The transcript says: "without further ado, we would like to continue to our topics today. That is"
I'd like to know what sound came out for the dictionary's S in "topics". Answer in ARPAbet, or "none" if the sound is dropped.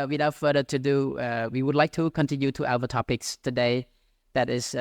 S